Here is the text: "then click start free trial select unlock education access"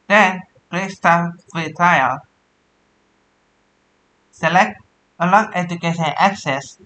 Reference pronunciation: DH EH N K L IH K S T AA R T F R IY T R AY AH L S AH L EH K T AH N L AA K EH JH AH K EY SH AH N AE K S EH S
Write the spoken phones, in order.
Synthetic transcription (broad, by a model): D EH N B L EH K S T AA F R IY T R AY AH L S AH L EH K T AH L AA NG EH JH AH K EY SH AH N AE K S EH S